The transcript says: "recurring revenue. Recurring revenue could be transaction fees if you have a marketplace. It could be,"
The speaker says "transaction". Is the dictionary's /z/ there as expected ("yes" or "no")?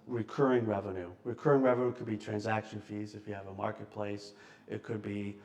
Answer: yes